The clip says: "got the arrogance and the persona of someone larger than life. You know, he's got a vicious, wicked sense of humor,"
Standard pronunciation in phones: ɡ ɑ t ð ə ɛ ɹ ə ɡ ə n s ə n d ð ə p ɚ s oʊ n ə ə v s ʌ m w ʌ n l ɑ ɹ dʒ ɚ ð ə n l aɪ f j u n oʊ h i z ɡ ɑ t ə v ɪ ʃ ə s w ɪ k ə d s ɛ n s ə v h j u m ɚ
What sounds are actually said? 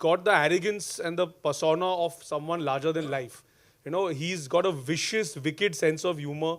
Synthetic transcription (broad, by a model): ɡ ɑ t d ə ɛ ɹ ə ɡ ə n s ə n d ə p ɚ s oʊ n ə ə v s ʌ m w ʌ n l ɑ ɹ dʒ ɚ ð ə n l aɪ f j u n oʊ h i z ɡ ɑ t ə v ɪ ʃ ə s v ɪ k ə d s ɛ n s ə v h j u m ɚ